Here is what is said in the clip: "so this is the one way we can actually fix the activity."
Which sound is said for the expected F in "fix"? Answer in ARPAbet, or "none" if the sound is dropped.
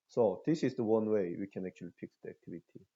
P